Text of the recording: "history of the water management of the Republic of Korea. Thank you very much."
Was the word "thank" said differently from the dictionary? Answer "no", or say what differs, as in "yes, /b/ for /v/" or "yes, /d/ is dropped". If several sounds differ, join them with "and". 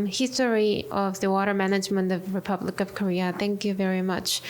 no